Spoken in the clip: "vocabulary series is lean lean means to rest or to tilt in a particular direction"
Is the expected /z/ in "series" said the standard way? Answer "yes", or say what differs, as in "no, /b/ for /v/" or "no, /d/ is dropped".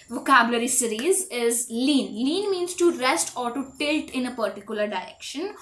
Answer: yes